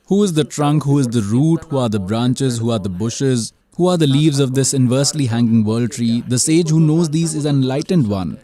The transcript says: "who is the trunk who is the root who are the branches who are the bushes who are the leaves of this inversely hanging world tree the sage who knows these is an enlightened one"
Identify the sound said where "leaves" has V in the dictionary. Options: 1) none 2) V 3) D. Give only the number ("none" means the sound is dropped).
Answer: 2